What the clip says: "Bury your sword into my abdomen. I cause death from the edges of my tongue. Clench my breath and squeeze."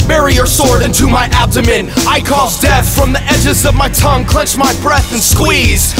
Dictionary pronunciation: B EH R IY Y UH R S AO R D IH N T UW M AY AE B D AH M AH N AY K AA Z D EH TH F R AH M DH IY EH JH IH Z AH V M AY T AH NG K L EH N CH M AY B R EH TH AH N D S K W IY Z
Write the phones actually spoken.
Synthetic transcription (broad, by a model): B EH R IY Y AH R S AO R D IH N T UW M AY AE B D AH M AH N AY K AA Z D EH TH F R AH M DH IY EH JH IH Z AH V M AY T AH NG K L EH N CH M AY B R EH TH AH N S K W IY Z